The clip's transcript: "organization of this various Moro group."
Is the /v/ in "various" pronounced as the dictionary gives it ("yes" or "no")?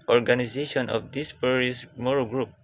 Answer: no